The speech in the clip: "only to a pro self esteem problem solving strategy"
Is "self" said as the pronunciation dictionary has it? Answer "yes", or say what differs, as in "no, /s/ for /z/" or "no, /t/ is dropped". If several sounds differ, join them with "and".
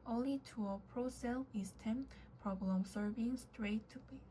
no, /f/ is dropped